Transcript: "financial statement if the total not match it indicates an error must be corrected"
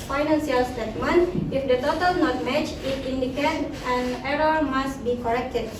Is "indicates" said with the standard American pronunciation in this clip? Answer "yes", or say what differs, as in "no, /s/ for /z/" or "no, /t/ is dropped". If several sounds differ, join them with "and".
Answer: no, /s/ is dropped